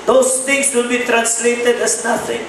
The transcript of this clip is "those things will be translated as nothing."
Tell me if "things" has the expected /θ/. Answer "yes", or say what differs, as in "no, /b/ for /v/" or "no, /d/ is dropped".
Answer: no, /t/ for /θ/